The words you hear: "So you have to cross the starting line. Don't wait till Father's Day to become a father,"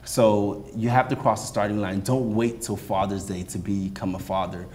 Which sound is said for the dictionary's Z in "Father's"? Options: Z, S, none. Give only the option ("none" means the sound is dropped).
Z